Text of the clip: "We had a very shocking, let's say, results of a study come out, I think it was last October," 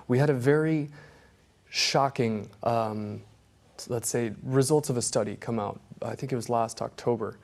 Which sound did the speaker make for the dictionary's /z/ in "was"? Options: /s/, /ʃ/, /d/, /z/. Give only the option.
/z/